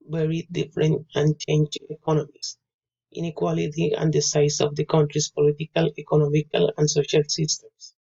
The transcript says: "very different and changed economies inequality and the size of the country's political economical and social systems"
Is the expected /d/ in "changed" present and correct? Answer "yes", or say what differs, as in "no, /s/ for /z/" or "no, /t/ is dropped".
no, /d/ is dropped